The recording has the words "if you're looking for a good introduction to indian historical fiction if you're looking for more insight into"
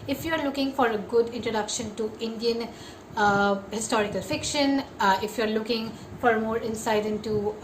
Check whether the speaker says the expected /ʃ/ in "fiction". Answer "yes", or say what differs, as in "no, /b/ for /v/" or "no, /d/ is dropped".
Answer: yes